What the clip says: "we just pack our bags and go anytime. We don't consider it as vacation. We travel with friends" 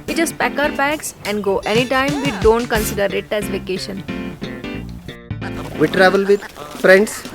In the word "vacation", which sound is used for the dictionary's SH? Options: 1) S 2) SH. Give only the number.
2